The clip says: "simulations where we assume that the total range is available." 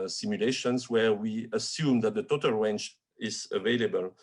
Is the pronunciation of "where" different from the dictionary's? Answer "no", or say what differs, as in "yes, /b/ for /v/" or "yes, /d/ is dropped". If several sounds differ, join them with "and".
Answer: no